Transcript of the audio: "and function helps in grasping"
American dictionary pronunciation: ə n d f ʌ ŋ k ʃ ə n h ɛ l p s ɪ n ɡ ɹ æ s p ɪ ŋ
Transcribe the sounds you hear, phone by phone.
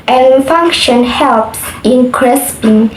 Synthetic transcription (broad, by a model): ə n f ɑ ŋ k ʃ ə n h ɛ l p s ɪ n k ɹ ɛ s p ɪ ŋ